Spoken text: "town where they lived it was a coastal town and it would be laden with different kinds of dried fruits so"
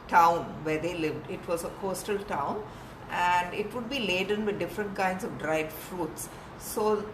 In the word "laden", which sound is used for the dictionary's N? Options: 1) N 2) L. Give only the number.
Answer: 1